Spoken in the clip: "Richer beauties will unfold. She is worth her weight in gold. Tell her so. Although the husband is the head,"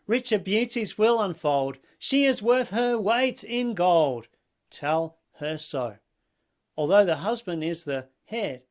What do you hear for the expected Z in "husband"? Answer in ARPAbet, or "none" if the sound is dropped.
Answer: Z